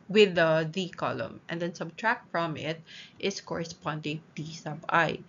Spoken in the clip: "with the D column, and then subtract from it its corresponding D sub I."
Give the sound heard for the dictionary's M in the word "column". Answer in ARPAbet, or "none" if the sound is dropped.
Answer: M